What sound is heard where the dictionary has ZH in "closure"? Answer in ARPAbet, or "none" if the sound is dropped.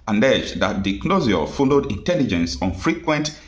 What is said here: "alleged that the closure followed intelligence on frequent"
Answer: Z